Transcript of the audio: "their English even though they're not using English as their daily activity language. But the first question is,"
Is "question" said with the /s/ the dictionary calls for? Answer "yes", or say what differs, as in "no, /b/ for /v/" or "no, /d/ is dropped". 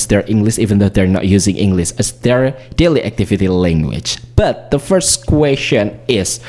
no, /ʃ/ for /s/